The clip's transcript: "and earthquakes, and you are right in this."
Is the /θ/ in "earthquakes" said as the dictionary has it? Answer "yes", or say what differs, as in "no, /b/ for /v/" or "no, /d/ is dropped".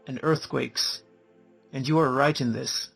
yes